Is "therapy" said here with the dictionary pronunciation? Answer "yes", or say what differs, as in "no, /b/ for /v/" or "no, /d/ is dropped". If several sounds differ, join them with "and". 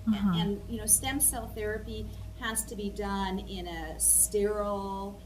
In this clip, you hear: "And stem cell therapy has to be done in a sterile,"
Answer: yes